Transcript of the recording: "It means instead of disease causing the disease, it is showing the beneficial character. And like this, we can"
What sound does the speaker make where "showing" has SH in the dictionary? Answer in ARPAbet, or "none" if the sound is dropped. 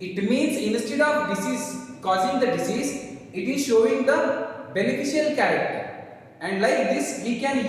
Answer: SH